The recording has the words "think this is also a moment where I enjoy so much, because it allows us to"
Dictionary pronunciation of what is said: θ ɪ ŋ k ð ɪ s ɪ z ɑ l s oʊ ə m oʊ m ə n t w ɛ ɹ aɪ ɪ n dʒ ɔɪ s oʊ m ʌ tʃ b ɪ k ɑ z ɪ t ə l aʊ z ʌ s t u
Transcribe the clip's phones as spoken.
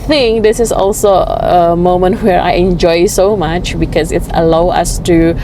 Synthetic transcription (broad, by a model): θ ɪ ŋ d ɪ s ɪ s ɑ l s oʊ ə m oʊ m ə n t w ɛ ɹ aɪ ɪ n dʒ ɔɪ s oʊ m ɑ tʃ b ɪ k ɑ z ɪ t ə l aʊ ʌ s t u